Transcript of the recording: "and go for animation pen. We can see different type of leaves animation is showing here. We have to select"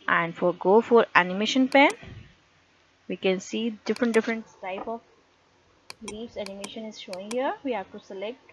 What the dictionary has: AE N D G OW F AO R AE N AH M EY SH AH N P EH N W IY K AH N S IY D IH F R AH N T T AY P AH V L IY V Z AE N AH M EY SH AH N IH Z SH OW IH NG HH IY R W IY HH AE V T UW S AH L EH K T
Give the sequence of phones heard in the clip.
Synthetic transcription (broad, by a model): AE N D G OW F AO R AE N AH M EY SH AH N P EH N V IY K AH N S IY D IH F R AH N T T AY P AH B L IY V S AE N AH M EY SH AH N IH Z SH OW IH NG HH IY R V IY HH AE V T UW S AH L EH K T